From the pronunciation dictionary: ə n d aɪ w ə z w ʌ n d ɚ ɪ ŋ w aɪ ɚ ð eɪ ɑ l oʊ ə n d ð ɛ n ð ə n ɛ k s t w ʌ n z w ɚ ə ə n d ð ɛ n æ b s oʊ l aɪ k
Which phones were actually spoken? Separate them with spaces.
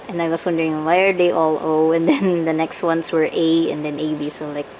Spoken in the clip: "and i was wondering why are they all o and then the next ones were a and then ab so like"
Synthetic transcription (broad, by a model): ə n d aɪ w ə s w ʌ n d ɚ ɪ ŋ w aɪ ɚ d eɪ ɑ l oʊ ə n d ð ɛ n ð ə n ɛ k s t w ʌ n s w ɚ ə ə n d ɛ n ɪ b s oʊ l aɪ k